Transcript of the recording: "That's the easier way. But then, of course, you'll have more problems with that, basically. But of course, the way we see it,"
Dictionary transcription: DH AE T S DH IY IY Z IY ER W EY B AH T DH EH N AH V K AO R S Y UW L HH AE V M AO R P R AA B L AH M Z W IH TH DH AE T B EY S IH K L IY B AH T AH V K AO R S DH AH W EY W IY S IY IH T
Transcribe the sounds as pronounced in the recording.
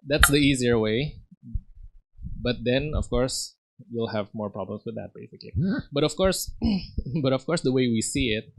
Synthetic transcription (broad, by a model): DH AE T S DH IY IY Z IY ER W EY B AH T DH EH N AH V K AO R S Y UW L HH AE V M AO R P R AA B L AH M S W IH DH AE T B EY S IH K L IY B AH T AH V K AO R S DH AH W EY W IY S IY IH T